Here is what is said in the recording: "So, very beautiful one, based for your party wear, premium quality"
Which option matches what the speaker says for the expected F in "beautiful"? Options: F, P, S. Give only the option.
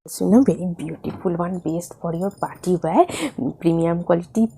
P